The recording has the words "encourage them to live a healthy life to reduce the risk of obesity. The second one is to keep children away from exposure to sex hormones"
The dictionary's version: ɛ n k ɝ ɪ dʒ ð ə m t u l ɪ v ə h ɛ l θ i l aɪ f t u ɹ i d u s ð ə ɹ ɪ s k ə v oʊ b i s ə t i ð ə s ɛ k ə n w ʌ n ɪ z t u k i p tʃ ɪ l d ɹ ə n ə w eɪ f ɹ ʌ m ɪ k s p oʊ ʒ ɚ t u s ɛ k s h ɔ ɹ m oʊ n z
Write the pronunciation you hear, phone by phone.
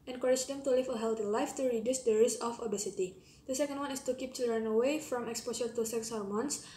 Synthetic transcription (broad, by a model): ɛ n k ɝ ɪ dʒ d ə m t u l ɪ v ə h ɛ l t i l aɪ f t u ɹ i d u s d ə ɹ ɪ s ə f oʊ b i s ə t i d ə s ɛ k ə n w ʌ n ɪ s t u k i p tʃ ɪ l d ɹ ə n ə w eɪ f ɹ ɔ m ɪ k s p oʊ ʃ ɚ t u s ɛ k s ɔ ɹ m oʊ n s